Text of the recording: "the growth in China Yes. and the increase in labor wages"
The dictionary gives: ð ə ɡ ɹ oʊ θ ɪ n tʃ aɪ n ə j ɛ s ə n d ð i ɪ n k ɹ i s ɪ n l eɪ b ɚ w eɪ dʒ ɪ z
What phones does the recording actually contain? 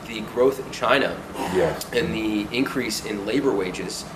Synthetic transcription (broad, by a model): ð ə ɡ ɹ oʊ θ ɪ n tʃ aɪ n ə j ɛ ə n ð i ɪ n k ɹ i s ɪ n l eɪ b ɚ w eɪ dʒ ɪ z